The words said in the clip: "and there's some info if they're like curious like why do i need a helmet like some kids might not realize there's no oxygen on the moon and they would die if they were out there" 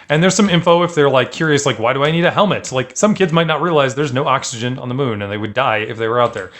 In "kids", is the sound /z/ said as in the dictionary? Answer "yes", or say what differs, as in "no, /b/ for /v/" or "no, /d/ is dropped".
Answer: yes